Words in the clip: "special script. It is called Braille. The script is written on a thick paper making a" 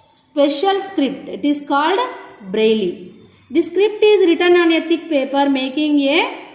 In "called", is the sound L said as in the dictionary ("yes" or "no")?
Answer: yes